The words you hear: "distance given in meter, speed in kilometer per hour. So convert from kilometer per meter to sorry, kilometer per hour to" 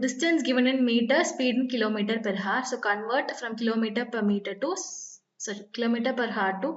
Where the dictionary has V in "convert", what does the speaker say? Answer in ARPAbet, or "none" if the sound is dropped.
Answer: V